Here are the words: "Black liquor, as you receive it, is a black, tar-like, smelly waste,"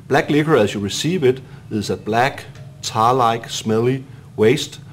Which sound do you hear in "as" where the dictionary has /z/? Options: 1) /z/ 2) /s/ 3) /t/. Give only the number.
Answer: 2